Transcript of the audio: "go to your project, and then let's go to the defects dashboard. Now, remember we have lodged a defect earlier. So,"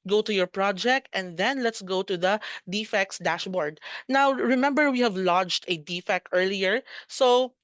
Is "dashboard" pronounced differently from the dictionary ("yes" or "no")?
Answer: no